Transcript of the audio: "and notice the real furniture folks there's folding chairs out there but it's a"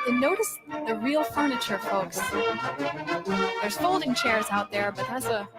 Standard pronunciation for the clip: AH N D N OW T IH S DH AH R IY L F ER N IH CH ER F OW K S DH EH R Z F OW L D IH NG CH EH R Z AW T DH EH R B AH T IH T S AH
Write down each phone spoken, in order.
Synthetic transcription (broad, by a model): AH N N OW T IH S DH AH R IY L F ER N IH CH ER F OW K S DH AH R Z F OW L D IH NG CH EH R Z AW T DH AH R B AH T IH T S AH